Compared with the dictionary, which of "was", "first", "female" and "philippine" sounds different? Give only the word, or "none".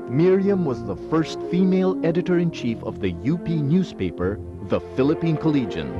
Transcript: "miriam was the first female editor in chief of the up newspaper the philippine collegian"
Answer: none